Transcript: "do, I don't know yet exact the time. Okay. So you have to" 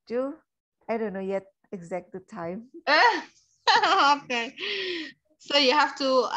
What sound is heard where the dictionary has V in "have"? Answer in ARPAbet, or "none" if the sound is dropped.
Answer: F